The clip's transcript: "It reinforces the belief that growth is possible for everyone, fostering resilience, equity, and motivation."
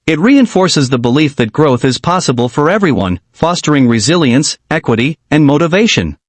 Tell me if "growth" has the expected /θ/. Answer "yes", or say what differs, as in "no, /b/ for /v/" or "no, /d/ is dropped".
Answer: yes